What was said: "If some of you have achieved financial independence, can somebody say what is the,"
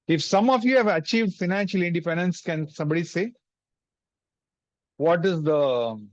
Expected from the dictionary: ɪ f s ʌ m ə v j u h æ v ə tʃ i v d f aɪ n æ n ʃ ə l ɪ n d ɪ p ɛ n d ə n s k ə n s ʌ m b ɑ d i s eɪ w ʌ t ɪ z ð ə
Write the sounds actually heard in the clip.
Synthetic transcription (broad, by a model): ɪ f s ʌ m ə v j u h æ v ə tʃ i v d f aɪ n æ n ʃ ə l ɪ n d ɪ p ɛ n d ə n s k ə n s ʌ m b ɑ d i s eɪ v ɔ t ɪ z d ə